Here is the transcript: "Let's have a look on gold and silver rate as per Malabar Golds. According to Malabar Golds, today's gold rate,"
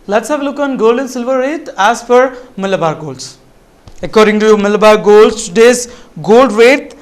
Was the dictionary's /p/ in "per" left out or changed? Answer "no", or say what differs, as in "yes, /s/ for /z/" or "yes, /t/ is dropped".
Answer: yes, /f/ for /p/